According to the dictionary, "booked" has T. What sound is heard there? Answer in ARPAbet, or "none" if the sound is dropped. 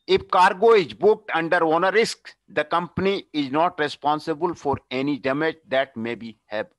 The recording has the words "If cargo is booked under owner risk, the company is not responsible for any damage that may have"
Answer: T